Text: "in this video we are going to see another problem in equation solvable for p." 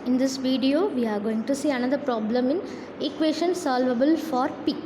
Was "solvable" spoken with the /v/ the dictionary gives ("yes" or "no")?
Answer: yes